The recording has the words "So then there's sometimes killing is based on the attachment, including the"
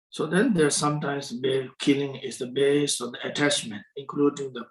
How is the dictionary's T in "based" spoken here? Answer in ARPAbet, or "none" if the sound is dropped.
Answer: none